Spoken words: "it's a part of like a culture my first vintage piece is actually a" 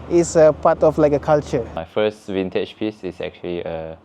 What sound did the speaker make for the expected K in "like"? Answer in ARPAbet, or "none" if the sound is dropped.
K